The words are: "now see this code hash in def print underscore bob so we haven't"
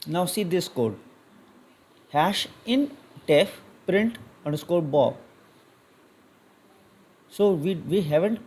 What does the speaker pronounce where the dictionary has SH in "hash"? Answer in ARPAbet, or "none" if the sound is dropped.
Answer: SH